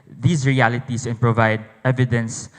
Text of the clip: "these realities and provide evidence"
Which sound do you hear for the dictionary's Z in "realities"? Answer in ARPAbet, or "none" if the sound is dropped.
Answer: S